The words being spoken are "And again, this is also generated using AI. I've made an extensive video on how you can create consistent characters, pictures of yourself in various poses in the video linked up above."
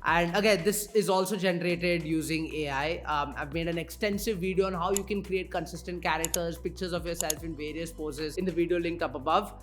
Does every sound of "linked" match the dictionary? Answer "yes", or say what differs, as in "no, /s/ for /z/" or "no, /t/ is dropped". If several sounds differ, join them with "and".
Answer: no, /t/ is dropped